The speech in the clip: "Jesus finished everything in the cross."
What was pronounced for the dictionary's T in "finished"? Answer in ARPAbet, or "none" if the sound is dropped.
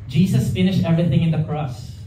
T